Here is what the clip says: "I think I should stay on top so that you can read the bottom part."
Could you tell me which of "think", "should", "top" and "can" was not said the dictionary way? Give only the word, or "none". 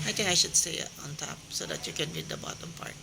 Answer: think